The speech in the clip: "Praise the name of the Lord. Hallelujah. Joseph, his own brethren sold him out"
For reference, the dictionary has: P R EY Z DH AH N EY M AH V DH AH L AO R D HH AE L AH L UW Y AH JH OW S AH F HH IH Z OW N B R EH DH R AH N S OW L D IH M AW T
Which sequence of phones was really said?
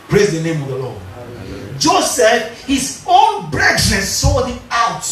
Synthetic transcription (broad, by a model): P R EY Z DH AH N EY M AH V DH AH L AO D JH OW S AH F HH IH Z OW N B R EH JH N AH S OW D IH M AW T